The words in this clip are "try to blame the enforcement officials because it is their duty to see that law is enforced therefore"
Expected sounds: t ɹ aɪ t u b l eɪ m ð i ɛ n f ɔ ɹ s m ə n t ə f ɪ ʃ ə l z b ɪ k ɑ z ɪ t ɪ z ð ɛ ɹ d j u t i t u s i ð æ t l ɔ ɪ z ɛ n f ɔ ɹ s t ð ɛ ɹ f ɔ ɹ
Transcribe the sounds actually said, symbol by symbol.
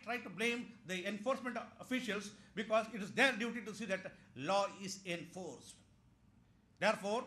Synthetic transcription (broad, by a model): t ɹ aɪ t u b l eɪ m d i ɛ n f ɔ ɹ s m ə n t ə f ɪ ʃ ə l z b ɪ k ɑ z ɪ t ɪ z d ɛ ɹ d j u t i t u s i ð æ t l ɔ ɪ z ɛ n f ɔ ɹ s t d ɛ ɹ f ɔ ɹ